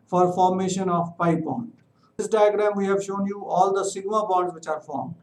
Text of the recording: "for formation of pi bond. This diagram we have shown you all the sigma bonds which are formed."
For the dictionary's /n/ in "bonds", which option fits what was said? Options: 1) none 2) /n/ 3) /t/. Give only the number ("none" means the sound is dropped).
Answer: 1